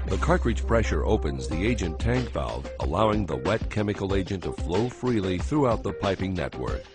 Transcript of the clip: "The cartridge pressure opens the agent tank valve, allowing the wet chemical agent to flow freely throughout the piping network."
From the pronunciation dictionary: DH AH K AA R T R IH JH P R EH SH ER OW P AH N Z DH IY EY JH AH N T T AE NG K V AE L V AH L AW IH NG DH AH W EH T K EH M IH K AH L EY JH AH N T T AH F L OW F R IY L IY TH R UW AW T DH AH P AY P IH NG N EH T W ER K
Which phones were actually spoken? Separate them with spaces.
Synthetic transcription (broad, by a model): DH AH K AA R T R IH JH P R EH SH ER OW P AH N Z DH IY EY JH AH N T T AE NG K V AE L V AH L AW IH NG DH AH W EH T K EH M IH K L EY JH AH N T T AH F L OW F R IY L IY TH R UW AW T DH AH P AY P IH NG N EH T W ER K